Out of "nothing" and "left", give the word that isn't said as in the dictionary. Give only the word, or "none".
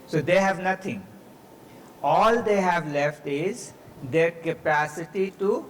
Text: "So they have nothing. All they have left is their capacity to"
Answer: nothing